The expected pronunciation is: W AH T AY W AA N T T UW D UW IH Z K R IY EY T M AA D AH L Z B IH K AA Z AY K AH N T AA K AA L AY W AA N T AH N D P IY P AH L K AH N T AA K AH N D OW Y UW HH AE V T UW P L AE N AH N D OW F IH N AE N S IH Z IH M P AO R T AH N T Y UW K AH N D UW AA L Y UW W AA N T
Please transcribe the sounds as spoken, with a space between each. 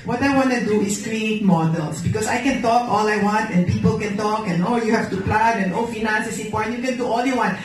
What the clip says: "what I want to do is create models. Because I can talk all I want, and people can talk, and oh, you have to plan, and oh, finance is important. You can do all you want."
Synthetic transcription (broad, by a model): W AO T AY W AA N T T UW D UW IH S K R IY EY T M AA D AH L S B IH K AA S AY K AH N T AA K AA L AY W AA N T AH N P IY P AH L K AH N T AA K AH N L Y UW HH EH F T UW P L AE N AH N OW F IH N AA N S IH S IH P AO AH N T Y UW K AH N D UW AA L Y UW W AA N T